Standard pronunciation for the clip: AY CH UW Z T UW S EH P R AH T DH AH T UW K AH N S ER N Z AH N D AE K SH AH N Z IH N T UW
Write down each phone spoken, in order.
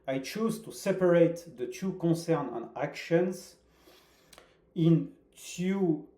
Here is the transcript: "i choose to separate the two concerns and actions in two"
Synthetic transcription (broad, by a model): AY CH UW Z T UW S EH P R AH T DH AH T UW K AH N S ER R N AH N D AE K SH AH N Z IH N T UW